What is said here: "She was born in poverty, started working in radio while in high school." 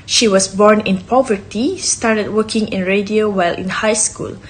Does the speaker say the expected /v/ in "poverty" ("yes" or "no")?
yes